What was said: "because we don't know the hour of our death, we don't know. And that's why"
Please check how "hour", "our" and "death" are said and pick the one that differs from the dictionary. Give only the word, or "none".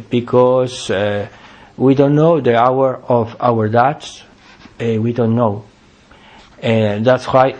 death